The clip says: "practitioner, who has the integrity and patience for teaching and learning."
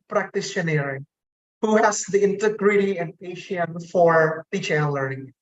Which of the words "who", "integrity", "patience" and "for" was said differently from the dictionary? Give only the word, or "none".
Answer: patience